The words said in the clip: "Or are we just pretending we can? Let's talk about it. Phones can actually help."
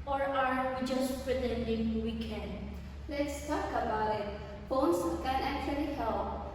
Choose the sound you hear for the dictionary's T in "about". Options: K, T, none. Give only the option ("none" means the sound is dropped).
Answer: none